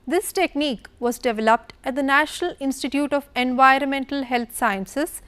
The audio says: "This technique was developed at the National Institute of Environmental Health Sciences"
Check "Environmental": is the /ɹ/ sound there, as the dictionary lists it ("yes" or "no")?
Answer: yes